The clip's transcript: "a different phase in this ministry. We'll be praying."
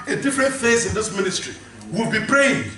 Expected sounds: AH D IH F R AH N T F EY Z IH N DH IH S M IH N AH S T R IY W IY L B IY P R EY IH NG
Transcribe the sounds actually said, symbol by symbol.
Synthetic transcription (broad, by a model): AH D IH F R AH N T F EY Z IH N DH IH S M IH N AH S T R IY W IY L B IY P R EY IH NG